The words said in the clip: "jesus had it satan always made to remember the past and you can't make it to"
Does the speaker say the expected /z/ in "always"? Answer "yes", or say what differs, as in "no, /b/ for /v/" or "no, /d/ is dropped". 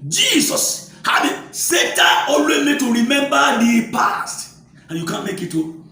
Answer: no, /z/ is dropped